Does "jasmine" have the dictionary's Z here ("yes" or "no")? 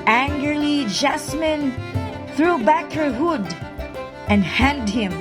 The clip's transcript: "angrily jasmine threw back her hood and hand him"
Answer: no